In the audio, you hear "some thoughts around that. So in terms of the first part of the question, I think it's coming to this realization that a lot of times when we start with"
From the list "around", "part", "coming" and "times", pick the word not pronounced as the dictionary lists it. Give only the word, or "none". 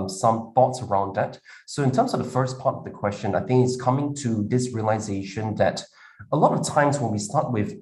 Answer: none